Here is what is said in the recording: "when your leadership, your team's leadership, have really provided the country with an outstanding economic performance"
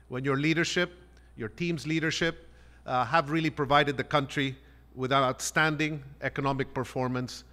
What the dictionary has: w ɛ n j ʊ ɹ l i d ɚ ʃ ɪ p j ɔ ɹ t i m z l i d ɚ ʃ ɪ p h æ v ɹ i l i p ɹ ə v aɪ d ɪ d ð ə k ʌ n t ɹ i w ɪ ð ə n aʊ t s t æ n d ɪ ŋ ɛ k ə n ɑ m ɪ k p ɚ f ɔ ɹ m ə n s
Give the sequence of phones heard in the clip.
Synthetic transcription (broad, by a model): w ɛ n j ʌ ɹ l i d ɚ ʃ ɪ p j ɔ ɹ t i m z l i d ɚ ʃ ɪ p h æ v ɹ i l i p ɹ ə v aɪ d ɪ d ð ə k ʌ n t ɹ i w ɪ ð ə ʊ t s t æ n d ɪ ŋ ɛ k ə n ɑ m ɪ k p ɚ f ɔ ɹ m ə n s